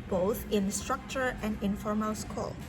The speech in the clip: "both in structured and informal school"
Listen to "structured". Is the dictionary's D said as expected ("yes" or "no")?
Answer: no